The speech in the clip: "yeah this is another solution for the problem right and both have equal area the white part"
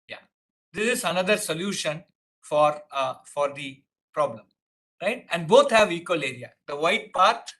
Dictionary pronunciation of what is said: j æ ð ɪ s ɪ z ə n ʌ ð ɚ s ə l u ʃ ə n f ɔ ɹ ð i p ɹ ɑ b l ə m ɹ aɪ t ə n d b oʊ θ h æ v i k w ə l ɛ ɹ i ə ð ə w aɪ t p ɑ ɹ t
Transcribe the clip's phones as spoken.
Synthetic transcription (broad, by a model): j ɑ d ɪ s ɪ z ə n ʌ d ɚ s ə l u ʃ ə n f ɔ ɹ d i p ɹ ɑ b l ə m ɹ aɪ t ə n d b oʊ t h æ v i k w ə l ɛ ɹ i ə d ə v aɪ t p ɑ ɹ t